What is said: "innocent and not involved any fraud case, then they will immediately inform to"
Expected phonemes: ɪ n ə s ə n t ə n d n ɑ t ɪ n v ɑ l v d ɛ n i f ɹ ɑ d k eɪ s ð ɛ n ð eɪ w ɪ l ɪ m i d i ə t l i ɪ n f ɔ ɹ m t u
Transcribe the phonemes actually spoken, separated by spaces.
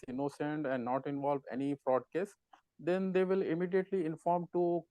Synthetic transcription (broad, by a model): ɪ n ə s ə n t ə n d n ɑ t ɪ n v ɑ l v ɛ n i f ɹ ɑ d k eɪ s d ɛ n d eɪ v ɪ l ɪ m i d i ə t l i ɪ n f ɔ ɹ m t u